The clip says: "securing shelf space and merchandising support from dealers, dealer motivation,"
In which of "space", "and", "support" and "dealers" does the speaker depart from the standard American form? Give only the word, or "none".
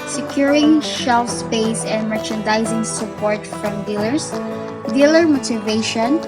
dealers